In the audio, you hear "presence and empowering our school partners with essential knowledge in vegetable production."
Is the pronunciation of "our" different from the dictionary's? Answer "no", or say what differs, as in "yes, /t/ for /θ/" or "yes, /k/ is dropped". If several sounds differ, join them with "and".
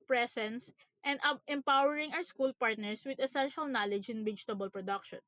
yes, /w/ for /ɹ/